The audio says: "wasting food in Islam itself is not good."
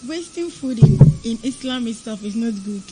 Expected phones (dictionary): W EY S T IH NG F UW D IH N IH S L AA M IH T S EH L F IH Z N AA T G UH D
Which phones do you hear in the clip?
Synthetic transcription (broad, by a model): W EY S T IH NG F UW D IH N IH S L AA M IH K S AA F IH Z N AA T G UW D